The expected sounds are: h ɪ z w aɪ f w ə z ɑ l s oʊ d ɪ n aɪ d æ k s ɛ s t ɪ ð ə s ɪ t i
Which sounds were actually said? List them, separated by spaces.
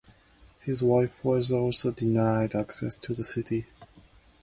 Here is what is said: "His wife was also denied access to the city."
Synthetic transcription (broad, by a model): h ɪ z w aɪ f w ə z ɑ l s oʊ d ɪ n aɪ d æ k s ɛ s t ɪ ð ə s ɪ t i